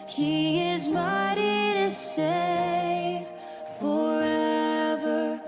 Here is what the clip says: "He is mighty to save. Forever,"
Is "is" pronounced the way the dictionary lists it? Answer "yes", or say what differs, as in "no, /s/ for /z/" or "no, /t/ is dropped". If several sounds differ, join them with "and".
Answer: yes